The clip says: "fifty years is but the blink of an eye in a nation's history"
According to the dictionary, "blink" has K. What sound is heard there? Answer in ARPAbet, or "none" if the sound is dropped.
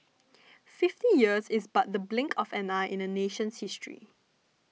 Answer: K